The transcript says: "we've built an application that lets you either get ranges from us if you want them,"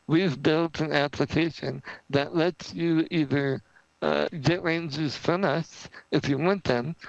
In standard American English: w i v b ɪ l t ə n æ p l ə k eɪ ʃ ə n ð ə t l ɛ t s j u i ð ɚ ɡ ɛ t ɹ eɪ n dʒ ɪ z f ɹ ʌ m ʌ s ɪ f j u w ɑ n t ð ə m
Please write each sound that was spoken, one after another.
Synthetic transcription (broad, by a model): w i v b ɪ l t ə n æ p l ə k eɪ ʃ ə n ð ə t l ɛ t s j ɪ i ð ɚ ɡ ɛ t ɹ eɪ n z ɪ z f ɹ ʌ m ʌ s ɪ f j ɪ w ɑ n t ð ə m